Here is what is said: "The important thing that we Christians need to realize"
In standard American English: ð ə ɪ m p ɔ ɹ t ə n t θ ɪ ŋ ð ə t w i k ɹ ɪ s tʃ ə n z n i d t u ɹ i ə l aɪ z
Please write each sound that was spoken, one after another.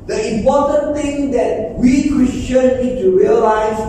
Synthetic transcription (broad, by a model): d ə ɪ m p ɔ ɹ t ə n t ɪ ŋ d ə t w i k ɹ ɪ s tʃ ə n n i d t u ɹ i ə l aɪ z